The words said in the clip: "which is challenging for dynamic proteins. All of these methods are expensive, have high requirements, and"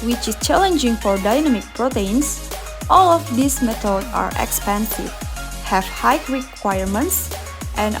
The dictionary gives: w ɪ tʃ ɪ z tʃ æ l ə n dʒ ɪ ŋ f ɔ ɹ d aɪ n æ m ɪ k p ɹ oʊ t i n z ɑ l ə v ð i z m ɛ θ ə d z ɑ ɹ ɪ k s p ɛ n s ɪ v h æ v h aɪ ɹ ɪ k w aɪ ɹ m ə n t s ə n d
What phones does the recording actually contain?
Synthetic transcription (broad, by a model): w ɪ tʃ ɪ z tʃ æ l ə n dʒ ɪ ŋ f ɔ ɹ d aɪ n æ m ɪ k p ɹ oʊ t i n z ɑ l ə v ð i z m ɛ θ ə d ɑ ɹ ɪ k s p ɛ n s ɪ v h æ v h aɪ ɹ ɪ k w aɪ ɹ m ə n t s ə n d